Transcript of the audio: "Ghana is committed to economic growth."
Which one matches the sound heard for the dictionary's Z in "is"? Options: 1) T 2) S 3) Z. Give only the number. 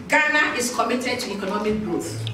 2